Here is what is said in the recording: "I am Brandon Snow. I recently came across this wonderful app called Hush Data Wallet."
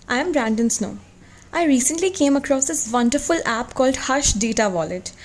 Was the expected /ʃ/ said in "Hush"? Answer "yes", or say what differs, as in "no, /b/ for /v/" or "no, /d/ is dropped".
yes